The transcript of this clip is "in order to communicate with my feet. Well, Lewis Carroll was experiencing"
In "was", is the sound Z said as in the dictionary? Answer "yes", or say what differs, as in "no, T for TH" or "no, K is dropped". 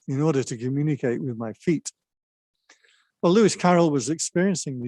yes